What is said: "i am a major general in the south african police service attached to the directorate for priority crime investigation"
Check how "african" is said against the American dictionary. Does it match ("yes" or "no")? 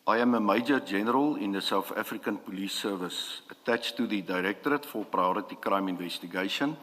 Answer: yes